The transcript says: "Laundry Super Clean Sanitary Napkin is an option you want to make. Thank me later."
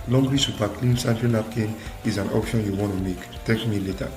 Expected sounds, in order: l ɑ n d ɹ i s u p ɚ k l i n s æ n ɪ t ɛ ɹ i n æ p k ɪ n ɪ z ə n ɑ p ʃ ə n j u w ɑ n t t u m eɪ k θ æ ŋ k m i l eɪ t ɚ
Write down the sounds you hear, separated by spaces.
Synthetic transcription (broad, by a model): l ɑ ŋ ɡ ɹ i s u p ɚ k l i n s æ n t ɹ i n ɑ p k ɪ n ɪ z ə n ɑ p ʃ ə n j u w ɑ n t t u m eɪ k t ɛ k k m i l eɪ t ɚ